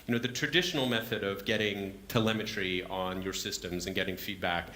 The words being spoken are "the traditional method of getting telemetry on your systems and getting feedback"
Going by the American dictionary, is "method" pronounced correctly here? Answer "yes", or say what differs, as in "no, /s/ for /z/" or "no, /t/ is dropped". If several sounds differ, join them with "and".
yes